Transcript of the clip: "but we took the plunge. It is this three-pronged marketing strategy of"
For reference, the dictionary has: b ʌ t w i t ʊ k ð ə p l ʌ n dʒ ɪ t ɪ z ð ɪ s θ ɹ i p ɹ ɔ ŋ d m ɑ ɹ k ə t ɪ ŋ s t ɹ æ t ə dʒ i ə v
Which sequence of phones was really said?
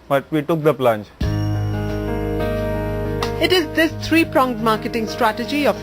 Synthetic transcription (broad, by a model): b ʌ t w i t ʊ k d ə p l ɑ n tʃ ɪ t ɪ z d ɪ s t ɹ i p ɹ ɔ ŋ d m ɑ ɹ k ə t ɪ ŋ s t ɹ æ t ə dʒ i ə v